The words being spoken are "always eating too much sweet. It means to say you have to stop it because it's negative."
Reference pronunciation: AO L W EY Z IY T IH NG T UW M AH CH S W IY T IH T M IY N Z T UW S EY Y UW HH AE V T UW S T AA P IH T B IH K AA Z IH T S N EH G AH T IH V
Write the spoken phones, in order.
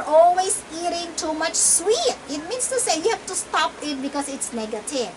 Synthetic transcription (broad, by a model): AO L W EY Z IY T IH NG T UW M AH CH S W IY T IH T M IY N S T UW S EY Y UW HH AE F T UW S T AA P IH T B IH K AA S IH T S N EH G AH T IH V